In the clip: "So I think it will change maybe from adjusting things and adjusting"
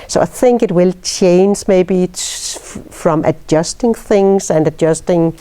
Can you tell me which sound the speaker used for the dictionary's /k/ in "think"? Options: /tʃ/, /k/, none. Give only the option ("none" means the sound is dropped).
/k/